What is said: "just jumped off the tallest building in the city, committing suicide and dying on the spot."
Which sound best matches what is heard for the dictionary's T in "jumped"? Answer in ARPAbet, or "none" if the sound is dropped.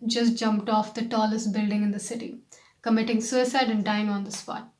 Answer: T